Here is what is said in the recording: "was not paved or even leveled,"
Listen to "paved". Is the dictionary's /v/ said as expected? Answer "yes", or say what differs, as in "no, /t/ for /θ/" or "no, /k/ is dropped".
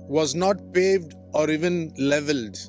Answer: yes